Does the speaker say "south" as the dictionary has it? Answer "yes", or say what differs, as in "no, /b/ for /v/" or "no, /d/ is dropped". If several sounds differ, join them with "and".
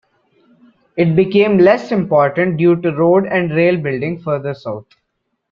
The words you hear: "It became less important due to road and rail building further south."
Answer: no, /t/ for /θ/